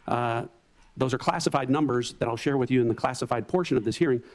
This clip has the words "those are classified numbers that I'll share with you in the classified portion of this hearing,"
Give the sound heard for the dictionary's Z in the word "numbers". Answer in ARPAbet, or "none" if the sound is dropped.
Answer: Z